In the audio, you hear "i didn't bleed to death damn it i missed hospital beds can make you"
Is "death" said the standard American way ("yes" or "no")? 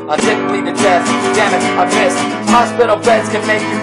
no